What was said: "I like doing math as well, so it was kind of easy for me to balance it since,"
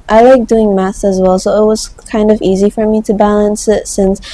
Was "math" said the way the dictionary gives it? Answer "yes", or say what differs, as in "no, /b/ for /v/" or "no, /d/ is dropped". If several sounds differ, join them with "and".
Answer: no, /s/ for /θ/